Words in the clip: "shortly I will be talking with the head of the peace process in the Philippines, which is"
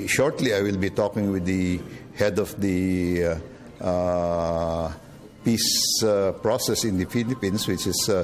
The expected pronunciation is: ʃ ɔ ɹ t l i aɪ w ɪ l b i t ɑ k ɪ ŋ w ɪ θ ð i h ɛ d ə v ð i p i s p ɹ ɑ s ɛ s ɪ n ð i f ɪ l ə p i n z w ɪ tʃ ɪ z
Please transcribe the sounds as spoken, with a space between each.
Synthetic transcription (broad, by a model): ʃ ɔ ɹ t l i aɪ w ɪ l b i t ɑ k ɪ ŋ w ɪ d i h ɛ d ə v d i p i s p ɹ ɑ s ɛ s ɪ n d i f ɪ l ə p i n s w ɪ tʃ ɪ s